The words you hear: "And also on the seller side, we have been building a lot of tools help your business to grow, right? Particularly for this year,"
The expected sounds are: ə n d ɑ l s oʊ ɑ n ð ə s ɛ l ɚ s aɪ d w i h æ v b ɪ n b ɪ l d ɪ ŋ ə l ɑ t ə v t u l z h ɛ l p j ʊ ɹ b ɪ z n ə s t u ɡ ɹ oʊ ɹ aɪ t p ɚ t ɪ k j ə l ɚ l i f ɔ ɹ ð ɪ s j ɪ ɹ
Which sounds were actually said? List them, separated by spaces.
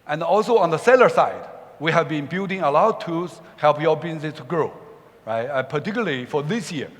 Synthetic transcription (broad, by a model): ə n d ɑ l s oʊ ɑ n ð ə s ɛ l ɚ s aɪ d w i h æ v b ɪ n b ɪ l d ɪ ŋ ə l ɑ ə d t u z h ɛ l p j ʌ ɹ b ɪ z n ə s t u ɡ ɹ oʊ ɹ aɪ t p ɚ t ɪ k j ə l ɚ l i f ɔ ɹ ð ɪ s j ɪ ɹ